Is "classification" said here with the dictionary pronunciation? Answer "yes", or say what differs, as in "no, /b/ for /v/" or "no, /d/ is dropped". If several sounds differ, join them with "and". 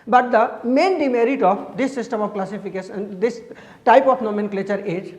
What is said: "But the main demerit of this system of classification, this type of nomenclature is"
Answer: no, /s/ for /ʃ/